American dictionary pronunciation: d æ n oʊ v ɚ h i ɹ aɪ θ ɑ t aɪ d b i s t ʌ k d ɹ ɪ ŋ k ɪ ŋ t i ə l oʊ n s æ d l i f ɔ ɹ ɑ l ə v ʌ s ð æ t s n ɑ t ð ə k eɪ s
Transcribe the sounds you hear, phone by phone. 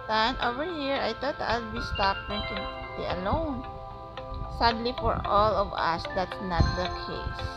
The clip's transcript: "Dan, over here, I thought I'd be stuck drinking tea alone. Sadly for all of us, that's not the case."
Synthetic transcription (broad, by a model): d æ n oʊ v ɚ h i ɹ aɪ t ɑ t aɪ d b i s t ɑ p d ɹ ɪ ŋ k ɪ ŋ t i ə l oʊ n s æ d l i f ɔ ɹ ɑ l ə v ʌ s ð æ t s n ɑ t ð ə k eɪ s